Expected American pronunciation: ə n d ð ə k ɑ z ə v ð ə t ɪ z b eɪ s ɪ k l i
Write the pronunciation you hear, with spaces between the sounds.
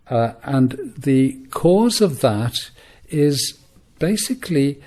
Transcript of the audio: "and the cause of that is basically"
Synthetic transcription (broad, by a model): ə n ð ə k ɑ z ə v ð ə t ɪ z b eɪ s ɪ k l i